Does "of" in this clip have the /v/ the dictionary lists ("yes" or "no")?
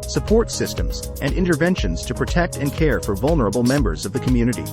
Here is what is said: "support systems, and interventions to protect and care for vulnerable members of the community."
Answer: yes